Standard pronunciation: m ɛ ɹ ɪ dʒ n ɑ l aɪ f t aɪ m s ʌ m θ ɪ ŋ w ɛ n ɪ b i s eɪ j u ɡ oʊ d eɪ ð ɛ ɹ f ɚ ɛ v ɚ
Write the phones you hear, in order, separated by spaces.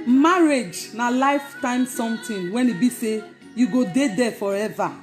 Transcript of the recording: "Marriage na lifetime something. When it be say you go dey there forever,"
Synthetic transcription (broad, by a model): m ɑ ɹ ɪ dʒ n ɑ l aɪ f t aɪ m s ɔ m t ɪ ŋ w ɛ n ɪ b i s eɪ j u ɡ oʊ d eɪ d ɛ f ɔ ɛ v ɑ